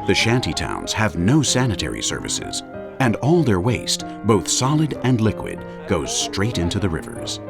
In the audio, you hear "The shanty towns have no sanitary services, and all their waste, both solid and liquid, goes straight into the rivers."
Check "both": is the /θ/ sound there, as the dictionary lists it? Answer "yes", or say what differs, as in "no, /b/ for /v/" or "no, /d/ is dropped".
yes